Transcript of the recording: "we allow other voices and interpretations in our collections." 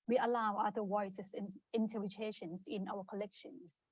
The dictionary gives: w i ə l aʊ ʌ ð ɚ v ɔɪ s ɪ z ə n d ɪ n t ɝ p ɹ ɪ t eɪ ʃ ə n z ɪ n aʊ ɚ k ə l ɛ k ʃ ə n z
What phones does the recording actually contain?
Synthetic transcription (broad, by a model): w i ə l aʊ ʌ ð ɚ w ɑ ɪ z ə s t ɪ n t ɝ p ɹ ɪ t eɪ ʃ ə n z ɪ n aʊ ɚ k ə l ɛ k ʃ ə n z